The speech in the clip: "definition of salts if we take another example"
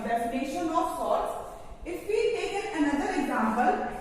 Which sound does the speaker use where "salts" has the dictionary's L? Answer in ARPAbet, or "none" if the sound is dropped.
none